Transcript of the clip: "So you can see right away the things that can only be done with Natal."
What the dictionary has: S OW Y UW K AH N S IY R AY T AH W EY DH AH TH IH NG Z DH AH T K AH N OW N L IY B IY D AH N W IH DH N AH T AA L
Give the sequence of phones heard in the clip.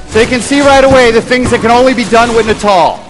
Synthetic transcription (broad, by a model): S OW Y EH K AH N S IY R AY T AH W EY DH AH TH IH NG Z DH AH T K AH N OW N L IY B IY D AH N W IH DH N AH T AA L